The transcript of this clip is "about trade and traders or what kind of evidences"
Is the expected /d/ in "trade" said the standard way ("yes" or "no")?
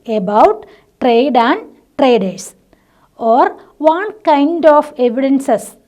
yes